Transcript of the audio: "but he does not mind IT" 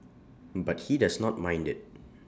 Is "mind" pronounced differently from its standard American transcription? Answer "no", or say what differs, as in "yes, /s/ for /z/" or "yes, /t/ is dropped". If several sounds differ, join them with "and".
no